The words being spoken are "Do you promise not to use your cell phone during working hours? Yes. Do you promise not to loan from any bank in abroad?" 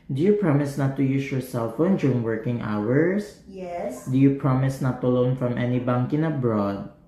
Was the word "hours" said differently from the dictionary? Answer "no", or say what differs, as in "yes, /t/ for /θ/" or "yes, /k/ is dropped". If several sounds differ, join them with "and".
yes, /s/ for /z/